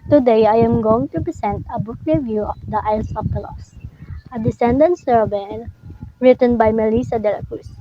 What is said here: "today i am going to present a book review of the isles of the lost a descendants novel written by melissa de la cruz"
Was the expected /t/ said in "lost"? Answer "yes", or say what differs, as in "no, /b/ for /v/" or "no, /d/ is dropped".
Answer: no, /t/ is dropped